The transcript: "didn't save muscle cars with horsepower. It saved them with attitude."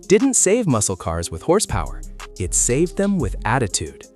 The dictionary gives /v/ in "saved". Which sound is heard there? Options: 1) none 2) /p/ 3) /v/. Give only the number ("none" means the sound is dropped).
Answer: 3